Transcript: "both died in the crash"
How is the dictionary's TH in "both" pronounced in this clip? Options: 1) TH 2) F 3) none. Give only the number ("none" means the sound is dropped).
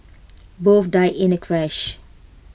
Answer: 2